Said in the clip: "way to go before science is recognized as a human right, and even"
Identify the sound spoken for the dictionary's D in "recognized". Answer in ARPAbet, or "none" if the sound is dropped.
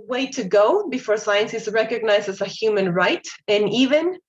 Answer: none